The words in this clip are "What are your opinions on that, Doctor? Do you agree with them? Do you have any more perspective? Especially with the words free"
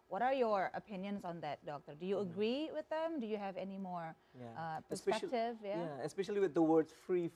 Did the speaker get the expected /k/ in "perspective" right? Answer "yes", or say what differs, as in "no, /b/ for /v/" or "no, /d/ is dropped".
no, /k/ is dropped